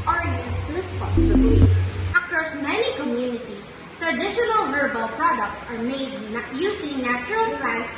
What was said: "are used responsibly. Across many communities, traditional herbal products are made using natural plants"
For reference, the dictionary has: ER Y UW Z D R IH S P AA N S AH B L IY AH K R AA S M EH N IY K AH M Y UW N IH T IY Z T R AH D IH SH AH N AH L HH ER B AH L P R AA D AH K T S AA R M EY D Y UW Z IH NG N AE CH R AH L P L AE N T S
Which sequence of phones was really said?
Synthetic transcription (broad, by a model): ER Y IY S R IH S P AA N S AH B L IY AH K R S M EH N IY K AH M Y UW N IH T IY S T R AH D IH SH AH N AH L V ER B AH L P R AA D AH K T S AA R M EY D Y UW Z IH NG N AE CH R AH L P L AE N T